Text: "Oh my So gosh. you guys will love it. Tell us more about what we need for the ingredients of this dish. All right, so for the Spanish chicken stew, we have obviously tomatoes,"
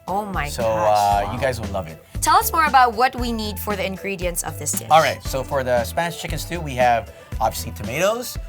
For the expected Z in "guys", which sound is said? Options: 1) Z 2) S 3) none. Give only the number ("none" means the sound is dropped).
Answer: 1